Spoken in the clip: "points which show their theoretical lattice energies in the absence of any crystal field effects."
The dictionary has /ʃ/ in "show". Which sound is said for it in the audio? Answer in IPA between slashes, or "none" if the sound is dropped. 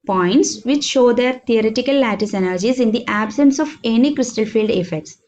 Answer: /ʃ/